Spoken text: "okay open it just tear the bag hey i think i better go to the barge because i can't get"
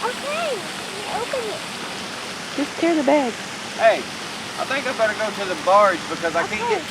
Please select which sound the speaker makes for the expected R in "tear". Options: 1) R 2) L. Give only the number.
1